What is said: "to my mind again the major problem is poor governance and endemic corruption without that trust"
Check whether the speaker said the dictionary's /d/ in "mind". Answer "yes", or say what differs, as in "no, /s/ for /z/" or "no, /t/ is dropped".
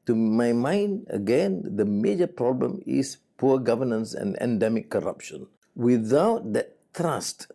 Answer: yes